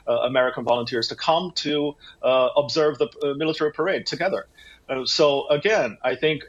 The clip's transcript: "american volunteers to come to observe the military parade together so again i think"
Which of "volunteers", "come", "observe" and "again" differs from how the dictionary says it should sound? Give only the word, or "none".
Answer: none